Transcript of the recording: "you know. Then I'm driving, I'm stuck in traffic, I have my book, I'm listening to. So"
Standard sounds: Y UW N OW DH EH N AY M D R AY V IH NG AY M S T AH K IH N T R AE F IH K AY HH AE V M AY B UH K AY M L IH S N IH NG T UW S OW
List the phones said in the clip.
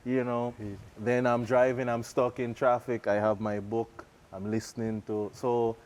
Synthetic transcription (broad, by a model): Y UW N OW DH EH N AY M D R AY V IH NG AY M S T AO K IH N T R AE F IH K AY HH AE V M AY B UH K AY M L IH S N IH NG T UW S OW